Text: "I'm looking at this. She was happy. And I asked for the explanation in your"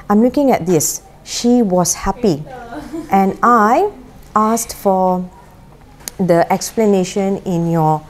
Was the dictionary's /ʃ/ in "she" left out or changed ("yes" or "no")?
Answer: no